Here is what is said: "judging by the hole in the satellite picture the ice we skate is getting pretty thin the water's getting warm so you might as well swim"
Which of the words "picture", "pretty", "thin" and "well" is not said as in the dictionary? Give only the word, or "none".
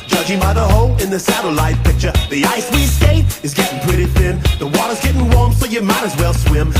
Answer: none